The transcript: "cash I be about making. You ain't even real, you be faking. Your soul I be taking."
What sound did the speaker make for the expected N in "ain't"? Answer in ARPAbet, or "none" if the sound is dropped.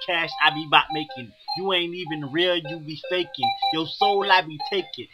N